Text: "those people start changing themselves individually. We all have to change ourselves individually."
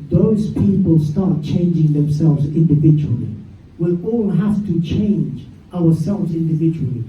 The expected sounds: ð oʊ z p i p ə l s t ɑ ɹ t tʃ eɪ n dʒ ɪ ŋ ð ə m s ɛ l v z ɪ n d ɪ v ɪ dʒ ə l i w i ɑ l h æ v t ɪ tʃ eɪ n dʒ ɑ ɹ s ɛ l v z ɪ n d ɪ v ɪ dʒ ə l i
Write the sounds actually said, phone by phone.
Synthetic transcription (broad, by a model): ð oʊ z p i p ə l s t ɑ ɹ t tʃ eɪ n dʒ ɪ ŋ ð ə m s ɛ l v z ɪ n d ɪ v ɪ dʒ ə l i w i ɑ l h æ f t ɪ tʃ eɪ n dʒ ɑ ɹ s ɛ l v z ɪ n d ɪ v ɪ dʒ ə l i